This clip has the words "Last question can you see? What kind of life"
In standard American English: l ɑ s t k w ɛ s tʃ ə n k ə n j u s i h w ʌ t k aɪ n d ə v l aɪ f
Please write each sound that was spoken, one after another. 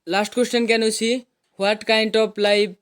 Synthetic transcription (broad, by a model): l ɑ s t k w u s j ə n k ə n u s i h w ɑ t k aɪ n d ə p l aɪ